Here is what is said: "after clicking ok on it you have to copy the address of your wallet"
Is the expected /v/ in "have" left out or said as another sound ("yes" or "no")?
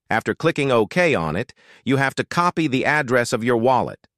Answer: yes